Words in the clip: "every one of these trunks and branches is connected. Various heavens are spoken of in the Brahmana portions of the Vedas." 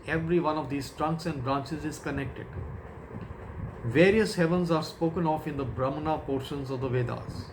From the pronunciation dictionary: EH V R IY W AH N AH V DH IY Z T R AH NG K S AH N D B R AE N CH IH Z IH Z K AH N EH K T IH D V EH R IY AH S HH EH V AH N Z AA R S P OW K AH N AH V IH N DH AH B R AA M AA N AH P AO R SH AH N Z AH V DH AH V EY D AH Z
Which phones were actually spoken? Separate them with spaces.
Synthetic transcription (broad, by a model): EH V R IY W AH N AH V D IY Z T R AH NG K S AH N D B R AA N CH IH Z IH Z K AH N EH K T IH D V EH R IY AH S HH EH V AH N Z AA R S P OW K AH N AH F IH N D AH B R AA M N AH P AO R SH AH N Z AH V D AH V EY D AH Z